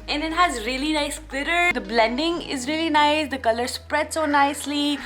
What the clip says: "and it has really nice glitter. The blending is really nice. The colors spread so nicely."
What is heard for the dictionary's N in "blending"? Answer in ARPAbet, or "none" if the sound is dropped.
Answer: N